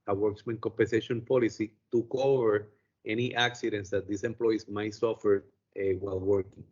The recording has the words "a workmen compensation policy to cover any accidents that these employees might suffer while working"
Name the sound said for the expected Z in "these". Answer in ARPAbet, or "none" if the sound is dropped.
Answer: S